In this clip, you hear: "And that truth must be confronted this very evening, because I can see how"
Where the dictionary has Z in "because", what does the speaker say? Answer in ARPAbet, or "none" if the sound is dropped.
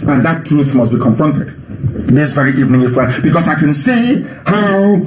S